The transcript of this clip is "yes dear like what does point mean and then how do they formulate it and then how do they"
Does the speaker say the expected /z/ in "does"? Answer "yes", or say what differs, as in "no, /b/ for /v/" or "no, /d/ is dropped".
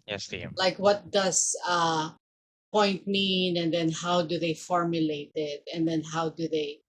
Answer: no, /s/ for /z/